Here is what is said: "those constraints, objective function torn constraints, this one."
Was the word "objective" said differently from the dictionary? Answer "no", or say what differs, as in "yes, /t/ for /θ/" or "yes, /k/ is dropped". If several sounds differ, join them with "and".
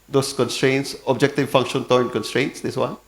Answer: no